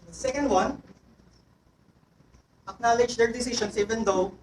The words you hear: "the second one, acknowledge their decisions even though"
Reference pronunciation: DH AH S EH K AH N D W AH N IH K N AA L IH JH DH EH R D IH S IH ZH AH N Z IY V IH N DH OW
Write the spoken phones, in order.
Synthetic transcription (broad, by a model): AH S EH K AH N D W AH N IH K N AA L IH JH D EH R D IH S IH SH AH N S IY V IH N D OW